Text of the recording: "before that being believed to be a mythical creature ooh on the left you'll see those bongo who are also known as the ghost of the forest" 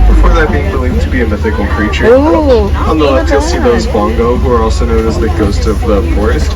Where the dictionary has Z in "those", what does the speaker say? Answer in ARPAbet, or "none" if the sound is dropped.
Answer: Z